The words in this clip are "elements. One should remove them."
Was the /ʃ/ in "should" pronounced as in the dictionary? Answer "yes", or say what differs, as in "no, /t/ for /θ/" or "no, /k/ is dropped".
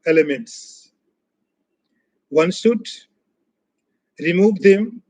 no, /s/ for /ʃ/